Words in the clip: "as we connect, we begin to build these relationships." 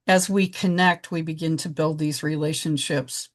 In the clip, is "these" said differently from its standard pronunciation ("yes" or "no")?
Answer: no